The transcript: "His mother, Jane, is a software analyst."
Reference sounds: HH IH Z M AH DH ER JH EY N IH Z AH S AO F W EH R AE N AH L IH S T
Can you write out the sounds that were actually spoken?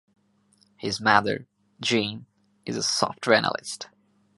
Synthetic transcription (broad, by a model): HH IH Z M AH DH ER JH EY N IH Z AH S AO F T R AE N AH L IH S T